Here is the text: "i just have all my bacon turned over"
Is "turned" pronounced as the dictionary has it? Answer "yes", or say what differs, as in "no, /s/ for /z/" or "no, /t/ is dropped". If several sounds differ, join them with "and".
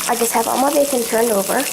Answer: yes